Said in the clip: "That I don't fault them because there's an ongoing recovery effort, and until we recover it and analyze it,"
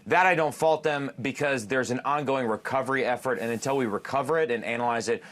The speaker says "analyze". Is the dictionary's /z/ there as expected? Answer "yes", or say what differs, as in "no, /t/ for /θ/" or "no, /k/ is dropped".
yes